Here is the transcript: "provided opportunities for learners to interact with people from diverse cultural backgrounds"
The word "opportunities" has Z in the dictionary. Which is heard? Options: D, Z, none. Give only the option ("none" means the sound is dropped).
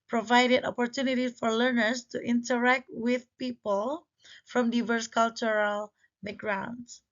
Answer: none